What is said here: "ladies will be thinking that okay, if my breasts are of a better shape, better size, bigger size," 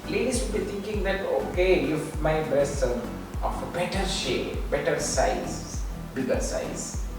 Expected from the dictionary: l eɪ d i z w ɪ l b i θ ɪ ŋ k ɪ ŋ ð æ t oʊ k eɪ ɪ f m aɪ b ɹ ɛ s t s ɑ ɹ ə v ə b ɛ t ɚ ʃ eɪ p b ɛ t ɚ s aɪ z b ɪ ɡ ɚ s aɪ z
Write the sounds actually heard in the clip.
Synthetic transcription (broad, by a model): l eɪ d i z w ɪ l b i t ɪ ŋ k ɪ ŋ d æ t oʊ k eɪ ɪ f m aɪ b ɛ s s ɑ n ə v ə b ɛ t ɚ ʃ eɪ b ɛ t ɚ s aɪ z b ɪ ɡ ɚ s aɪ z